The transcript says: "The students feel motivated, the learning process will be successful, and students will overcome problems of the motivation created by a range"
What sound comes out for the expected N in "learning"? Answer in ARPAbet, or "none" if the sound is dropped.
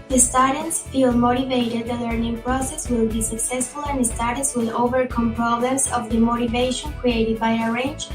N